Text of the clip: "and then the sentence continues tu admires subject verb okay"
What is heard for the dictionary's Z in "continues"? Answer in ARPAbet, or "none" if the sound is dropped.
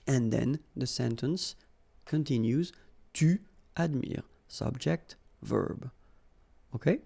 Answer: Z